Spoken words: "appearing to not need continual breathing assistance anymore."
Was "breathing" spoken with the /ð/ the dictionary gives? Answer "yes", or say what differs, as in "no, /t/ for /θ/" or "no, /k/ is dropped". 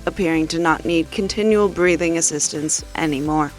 yes